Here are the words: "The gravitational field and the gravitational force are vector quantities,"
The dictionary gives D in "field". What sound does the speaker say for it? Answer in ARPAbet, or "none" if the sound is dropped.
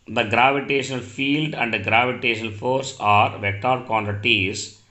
D